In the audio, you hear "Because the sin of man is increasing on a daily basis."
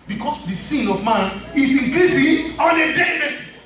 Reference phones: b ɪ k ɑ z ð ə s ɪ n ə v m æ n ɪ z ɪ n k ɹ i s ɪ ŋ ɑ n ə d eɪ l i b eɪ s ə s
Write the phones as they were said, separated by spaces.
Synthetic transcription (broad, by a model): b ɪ k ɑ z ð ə s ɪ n ə v m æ n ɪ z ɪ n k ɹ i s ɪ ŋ ɑ n ə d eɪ i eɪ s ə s